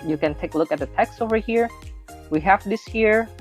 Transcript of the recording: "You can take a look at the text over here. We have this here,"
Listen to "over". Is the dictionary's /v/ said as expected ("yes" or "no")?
yes